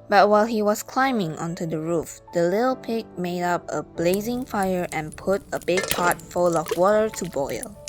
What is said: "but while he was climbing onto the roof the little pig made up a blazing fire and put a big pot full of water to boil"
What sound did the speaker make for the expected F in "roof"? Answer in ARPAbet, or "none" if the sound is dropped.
F